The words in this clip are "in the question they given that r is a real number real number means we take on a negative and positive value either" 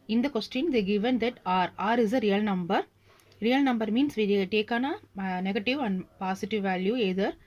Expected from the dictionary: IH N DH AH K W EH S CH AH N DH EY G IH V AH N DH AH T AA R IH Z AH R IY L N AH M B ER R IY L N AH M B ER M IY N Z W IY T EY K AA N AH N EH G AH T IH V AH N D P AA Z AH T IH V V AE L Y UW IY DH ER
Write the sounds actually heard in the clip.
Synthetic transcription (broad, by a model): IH N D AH K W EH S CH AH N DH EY G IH V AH N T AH T AA R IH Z AH R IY L N AH M B ER R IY L N AH M B ER M IY N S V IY T EY K AA N AH N EH G AH T IH V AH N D P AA S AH T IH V V AE L Y UW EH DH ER